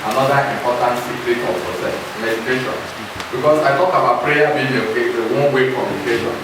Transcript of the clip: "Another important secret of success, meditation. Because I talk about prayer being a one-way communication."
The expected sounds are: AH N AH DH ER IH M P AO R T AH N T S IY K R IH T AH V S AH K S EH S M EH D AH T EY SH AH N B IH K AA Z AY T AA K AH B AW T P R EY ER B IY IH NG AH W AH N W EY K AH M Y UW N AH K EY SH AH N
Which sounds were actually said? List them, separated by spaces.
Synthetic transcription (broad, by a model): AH N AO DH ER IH M P AO T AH N T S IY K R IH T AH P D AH S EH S M EH D AH T EY SH AH N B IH K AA S AY T AA K AH B AW T P R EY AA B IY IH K AH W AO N W EY K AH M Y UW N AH K EY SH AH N